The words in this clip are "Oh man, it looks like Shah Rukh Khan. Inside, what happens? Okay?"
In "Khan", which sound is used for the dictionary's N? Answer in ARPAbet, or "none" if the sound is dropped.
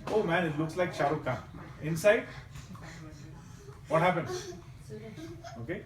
none